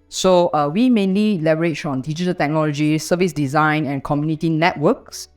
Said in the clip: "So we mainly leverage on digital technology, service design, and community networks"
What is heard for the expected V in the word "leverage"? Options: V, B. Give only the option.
B